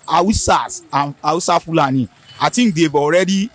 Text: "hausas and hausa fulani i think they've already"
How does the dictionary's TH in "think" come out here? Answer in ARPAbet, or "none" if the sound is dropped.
T